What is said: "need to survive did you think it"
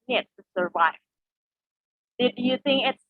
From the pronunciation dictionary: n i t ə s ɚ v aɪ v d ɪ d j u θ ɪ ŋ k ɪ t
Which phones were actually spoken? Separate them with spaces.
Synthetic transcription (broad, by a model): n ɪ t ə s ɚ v aɪ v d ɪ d j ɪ θ ɪ ŋ k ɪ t